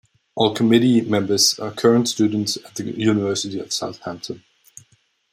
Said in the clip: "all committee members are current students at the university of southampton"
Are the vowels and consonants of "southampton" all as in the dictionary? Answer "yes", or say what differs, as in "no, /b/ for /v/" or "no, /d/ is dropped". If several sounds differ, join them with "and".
yes